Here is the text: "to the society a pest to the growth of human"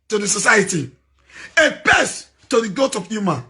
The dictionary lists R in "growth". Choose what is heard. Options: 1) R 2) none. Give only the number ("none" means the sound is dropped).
2